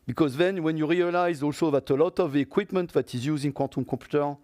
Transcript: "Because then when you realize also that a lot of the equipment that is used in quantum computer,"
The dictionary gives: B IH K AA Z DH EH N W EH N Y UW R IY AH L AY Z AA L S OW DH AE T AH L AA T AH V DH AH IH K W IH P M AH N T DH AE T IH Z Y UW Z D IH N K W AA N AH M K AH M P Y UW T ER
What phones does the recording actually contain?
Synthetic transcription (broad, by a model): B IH K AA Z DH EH N W EH N Y UW R IY AH L AY Z AA L S OW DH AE T AH L AA T AH V IH K W IH P M AH N T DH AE T IH Z Y UW Z IH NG K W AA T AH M K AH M P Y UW T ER